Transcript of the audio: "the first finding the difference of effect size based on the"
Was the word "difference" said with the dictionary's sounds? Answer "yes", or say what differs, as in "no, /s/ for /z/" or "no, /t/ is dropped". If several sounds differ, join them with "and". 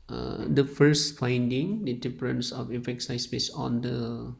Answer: no, /p/ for /f/